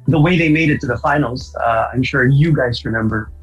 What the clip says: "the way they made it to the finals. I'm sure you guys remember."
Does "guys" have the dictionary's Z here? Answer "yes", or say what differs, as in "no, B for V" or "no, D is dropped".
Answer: yes